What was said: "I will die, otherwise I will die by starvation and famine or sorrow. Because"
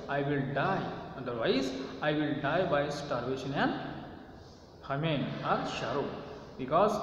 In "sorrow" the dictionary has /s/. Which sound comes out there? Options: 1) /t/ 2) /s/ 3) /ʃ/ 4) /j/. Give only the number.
3